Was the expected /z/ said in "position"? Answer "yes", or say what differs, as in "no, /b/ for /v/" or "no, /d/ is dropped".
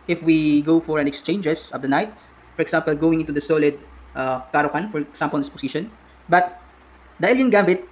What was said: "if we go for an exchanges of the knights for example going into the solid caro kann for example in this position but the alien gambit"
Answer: no, /s/ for /z/